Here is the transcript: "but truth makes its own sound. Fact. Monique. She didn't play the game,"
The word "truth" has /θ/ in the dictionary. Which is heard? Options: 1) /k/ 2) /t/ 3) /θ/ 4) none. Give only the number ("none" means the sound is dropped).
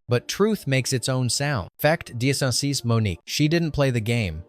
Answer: 3